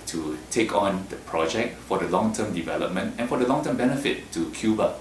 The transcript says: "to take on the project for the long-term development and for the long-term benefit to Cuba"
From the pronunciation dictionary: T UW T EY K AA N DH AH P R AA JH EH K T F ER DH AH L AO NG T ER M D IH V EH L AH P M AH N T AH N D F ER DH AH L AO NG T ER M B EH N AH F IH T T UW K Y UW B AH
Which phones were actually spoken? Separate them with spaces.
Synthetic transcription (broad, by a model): T UW T EY K AA N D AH P R AA JH EH K T F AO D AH L AO NG T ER M D IH V EH L AH P M AH N T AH N F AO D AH L AO NG T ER M B EH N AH F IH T T UW K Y UW B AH